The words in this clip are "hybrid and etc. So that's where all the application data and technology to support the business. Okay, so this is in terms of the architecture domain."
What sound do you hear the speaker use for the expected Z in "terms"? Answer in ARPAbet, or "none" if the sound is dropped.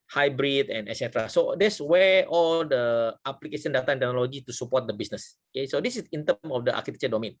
none